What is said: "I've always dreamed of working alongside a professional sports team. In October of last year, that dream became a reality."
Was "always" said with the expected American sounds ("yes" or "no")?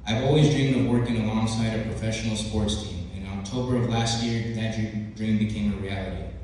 yes